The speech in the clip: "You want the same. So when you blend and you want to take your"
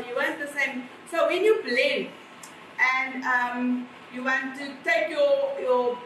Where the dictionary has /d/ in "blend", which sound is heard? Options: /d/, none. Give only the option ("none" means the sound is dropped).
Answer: none